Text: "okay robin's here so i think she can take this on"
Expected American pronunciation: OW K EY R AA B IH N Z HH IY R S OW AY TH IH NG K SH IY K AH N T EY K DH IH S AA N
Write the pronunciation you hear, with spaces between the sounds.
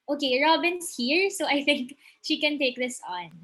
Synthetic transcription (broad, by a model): OW K EY R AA B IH N S HH IY R S OW AY TH IH NG K SH IY K AH N T EY K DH IH S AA N